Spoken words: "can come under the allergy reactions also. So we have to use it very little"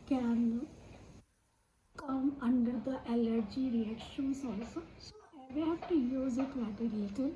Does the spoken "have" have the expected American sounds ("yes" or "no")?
no